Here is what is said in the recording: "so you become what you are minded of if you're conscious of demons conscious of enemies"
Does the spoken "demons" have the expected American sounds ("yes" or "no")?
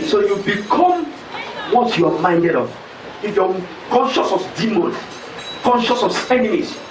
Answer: no